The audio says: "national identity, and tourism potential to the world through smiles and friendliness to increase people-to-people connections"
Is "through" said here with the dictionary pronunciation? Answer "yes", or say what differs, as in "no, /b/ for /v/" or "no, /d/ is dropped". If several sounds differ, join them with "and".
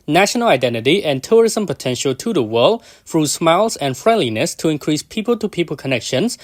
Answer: no, /f/ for /θ/